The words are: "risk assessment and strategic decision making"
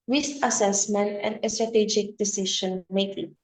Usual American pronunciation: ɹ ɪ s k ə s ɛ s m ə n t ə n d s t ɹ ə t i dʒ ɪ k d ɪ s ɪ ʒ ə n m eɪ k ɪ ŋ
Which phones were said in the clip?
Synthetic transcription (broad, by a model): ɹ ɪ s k ə s ɛ s m ə n t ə n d s t ɹ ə t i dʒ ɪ k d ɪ s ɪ ʃ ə n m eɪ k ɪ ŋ